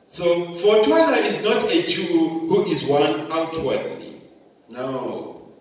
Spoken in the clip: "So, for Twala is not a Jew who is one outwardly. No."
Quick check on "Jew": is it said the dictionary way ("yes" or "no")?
no